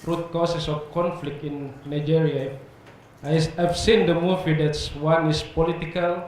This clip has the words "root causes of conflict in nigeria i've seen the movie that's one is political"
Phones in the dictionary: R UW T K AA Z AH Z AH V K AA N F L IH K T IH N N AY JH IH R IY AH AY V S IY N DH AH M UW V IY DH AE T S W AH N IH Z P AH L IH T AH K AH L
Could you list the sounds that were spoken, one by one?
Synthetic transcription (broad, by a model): R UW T K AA S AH S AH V K AA N F L IH K T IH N N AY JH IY R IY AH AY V S IY N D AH M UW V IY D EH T S W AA N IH S P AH L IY T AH K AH L